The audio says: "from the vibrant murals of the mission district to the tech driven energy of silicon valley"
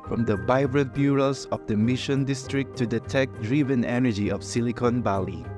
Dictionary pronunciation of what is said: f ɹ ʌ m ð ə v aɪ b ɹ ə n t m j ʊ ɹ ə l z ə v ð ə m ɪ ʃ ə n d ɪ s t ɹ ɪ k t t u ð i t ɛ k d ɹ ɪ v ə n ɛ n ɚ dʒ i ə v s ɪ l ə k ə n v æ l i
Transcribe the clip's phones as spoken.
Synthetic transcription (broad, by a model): f ɹ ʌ m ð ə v aɪ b ɹ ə t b j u ɹ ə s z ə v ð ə m ɪ ʃ ə n d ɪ s t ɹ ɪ k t t u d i t ɛ k d ɹ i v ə n ɛ n ɚ dʒ i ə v s ɪ l ə k ə n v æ l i